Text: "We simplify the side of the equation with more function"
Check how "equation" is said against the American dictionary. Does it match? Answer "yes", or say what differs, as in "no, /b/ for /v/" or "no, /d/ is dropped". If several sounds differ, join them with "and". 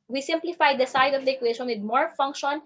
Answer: no, /ʃ/ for /ʒ/